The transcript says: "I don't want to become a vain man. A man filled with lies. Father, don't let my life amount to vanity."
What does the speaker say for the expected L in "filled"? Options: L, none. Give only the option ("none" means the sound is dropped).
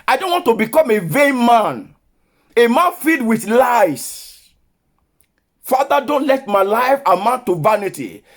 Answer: none